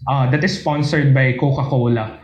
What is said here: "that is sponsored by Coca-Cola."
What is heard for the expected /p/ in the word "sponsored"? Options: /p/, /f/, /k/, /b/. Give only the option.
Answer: /p/